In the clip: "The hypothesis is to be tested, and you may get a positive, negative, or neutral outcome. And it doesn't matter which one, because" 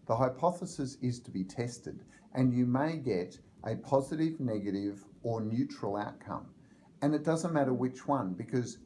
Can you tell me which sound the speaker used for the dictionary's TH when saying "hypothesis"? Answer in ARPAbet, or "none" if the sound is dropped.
TH